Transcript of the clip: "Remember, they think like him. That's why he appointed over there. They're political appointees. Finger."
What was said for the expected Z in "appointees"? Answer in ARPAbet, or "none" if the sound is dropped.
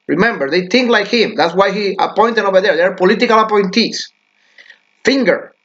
S